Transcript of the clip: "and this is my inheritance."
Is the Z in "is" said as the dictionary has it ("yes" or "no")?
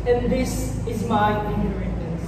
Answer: yes